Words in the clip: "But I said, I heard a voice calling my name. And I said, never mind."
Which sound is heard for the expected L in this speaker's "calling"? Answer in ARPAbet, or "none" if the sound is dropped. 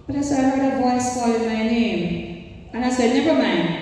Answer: none